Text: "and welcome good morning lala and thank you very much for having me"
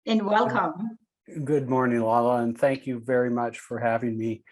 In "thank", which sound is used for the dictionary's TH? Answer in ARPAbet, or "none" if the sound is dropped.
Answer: TH